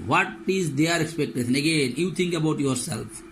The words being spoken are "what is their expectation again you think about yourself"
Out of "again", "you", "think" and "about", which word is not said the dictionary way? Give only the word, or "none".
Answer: think